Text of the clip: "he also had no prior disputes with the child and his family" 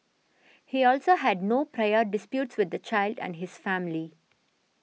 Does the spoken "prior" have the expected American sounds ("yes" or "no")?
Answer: yes